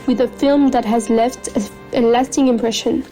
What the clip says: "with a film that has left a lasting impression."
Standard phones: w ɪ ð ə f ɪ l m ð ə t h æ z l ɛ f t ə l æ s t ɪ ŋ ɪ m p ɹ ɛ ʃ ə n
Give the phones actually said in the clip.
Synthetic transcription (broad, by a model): w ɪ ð ə f ɪ l m ð ə t h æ z l ɛ f t ə l æ s t ɪ ŋ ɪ m p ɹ ɛ ʃ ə n